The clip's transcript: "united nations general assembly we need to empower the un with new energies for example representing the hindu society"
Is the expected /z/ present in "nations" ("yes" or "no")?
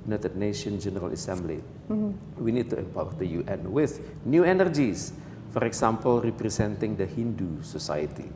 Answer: no